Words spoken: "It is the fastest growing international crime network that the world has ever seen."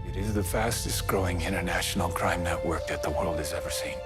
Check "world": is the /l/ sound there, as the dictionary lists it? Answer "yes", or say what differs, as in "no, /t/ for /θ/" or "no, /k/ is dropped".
yes